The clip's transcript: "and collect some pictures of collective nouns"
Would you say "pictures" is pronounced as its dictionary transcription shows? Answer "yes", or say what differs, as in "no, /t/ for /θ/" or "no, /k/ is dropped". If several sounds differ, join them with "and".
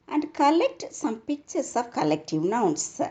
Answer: no, /s/ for /z/